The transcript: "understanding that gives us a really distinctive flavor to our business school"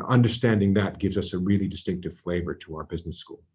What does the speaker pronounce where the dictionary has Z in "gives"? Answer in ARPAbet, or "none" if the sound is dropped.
Z